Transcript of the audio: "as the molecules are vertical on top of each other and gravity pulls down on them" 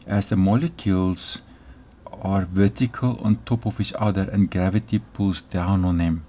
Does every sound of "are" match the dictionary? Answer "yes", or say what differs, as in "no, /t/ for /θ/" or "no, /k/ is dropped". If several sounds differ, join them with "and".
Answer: yes